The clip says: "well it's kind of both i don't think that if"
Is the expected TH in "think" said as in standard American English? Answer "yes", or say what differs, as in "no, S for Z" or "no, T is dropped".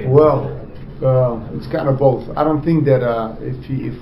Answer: yes